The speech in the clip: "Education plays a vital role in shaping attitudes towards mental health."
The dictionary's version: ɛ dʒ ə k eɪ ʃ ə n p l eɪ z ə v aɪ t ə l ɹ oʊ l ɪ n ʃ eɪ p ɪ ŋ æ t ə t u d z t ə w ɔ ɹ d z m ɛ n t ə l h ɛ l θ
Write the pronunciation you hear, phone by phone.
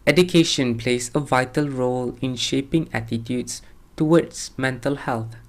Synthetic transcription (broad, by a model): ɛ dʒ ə k eɪ ʃ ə n p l eɪ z ə v aɪ t ə l ɹ oʊ l ɪ n ʃ eɪ p ɪ ŋ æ t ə t u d s t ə w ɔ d s m ɛ n t ə l h ɛ l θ